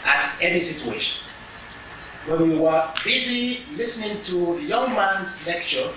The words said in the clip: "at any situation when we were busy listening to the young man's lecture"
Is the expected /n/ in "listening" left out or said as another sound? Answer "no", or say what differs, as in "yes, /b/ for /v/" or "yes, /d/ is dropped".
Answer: no